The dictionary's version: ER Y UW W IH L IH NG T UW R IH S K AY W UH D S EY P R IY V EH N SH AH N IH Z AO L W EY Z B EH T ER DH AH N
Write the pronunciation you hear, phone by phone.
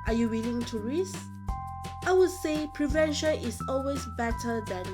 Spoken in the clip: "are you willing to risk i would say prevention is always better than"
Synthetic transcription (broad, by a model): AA Y UW W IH L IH NG T UW R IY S AY W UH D S EY P R IY V EH N SH AH N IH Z AO L W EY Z B EH T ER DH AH N